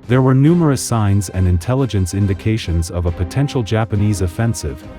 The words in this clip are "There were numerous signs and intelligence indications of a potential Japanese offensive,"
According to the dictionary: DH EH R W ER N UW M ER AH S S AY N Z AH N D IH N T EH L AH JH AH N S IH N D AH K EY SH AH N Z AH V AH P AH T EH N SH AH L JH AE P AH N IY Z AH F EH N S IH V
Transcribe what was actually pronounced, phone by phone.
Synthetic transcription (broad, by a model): DH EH R W ER N UW M ER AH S S AY N Z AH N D IH N T EH L AH JH AH N S IH N D AH K EY SH AH N Z AH V AH P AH T EH N SH L JH AE P AH N IY Z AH F EH N S IH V